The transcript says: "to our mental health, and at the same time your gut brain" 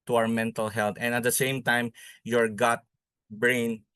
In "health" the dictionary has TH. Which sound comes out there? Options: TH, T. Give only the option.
T